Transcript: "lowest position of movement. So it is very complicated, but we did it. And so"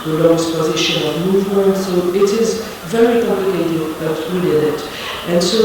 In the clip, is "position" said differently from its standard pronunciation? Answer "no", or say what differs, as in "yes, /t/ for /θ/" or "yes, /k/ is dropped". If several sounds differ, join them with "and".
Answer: no